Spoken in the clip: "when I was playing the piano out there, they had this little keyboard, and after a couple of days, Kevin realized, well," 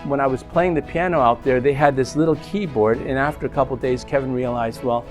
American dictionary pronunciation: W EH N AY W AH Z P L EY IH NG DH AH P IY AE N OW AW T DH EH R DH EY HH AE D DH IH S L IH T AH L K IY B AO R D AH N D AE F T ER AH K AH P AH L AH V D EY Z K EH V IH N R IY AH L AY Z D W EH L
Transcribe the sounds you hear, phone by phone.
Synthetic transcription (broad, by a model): W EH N AY W AH Z P L EY IH NG DH AH P IY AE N OW AW T DH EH R DH EY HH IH D DH IH S L IH T L K IY B AO R D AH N AE F T ER AH K AH P L D EY Z K EH V IH N R IY AH L AY Z D W EH L